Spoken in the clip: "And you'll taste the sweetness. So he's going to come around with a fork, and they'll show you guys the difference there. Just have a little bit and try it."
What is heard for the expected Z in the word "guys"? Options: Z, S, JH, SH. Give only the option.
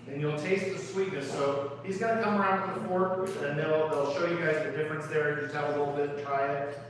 Z